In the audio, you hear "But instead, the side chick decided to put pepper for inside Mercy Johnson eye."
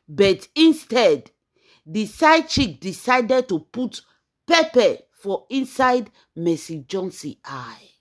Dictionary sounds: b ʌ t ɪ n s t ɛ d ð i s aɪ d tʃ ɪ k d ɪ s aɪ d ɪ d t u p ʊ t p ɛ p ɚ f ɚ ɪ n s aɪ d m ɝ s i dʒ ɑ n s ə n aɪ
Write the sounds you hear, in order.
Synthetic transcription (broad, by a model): b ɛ t ɪ n s t ɛ d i s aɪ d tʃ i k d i s aɪ d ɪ d t u p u t p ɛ p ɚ f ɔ ɪ n s aɪ d m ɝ s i dʒ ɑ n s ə aɪ